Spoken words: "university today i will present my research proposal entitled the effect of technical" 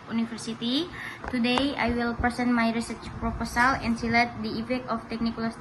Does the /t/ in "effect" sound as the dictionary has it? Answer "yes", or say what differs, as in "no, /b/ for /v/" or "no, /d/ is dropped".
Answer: no, /t/ is dropped